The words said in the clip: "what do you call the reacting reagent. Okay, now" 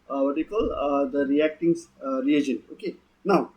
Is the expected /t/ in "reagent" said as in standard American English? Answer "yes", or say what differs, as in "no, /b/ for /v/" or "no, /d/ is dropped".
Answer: no, /t/ is dropped